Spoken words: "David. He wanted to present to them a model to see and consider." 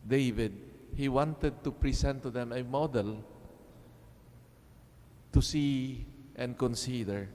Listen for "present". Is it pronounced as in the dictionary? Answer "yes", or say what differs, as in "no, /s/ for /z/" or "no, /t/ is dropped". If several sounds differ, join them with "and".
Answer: no, /s/ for /z/